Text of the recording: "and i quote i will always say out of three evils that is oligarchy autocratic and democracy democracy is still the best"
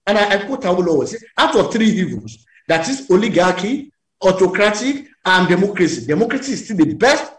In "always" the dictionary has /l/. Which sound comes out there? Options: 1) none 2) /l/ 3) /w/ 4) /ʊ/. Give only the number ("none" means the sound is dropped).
1